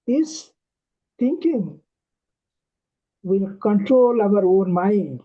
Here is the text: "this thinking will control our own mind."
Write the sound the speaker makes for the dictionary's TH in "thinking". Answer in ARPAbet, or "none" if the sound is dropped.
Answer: T